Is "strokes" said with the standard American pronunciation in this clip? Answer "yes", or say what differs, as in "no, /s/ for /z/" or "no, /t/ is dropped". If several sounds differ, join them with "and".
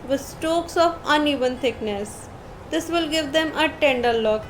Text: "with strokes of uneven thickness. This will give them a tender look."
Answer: no, /ɹ/ is dropped